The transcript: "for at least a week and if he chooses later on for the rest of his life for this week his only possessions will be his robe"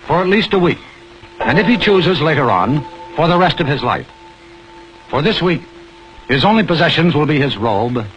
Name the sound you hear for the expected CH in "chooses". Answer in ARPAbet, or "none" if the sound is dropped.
CH